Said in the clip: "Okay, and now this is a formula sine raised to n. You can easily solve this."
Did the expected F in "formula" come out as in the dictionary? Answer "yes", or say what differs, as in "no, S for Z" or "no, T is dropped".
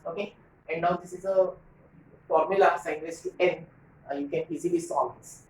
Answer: yes